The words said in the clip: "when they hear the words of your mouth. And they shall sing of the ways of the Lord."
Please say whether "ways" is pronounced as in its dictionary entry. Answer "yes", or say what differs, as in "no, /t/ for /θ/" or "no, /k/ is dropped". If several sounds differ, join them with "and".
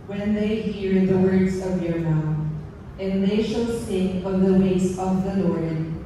no, /s/ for /z/